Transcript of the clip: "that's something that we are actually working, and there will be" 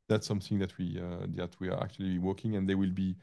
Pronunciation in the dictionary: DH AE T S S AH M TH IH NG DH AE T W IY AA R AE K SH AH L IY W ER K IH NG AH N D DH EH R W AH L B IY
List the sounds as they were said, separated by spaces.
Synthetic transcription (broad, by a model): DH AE T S S AH M TH IH NG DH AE T W IY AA W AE K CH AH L IY W ER K IH NG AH N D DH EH W AH L B IY